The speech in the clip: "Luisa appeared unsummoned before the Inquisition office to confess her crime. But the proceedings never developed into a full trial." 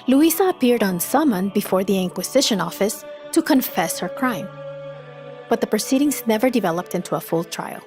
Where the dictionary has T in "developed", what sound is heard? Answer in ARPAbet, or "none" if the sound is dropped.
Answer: T